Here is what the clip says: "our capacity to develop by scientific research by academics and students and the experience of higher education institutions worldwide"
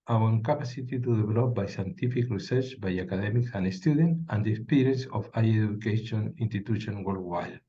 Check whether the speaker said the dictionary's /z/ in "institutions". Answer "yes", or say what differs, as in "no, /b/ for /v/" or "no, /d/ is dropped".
no, /z/ is dropped